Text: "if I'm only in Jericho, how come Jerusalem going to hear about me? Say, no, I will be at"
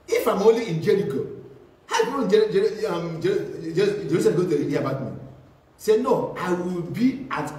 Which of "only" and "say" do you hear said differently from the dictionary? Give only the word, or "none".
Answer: only